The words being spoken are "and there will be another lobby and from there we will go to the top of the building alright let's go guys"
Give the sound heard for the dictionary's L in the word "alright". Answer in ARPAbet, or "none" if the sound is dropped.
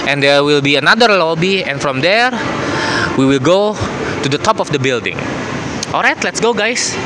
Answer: L